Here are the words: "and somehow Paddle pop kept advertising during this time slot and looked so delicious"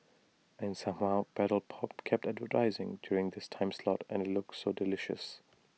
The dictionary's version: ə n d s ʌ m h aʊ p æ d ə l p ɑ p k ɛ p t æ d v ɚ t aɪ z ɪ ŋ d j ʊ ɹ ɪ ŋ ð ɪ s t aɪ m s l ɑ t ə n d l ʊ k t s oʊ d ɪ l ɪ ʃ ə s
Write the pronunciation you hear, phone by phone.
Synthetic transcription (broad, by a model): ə n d s ʌ m h aʊ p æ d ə l p ɑ p k ɛ p t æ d v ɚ t aɪ z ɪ ŋ d j ʊ ɹ ɪ ŋ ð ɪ s t aɪ m s l ɑ t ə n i l ʊ k t s oʊ d ɪ l ɪ ʃ ə s